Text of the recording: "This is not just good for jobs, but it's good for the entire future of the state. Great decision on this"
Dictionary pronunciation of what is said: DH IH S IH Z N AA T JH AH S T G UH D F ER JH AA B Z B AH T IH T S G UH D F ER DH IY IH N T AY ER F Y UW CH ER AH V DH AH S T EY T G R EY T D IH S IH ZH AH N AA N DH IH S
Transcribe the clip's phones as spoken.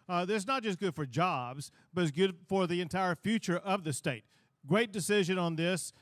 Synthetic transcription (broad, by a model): DH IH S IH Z N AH T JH AH S G UH D F ER JH AA B Z B AH T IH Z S G UH D F ER DH IY IH N T AY ER F Y UW CH ER AH V DH AH S T EY T G R EY T D IH S IH ZH AH N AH N DH IH S